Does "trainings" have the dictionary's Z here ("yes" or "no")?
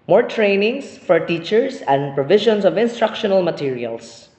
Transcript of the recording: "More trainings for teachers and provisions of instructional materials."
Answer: no